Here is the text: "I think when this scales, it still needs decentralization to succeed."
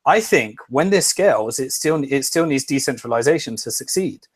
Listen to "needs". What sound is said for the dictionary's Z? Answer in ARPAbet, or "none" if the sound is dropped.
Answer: Z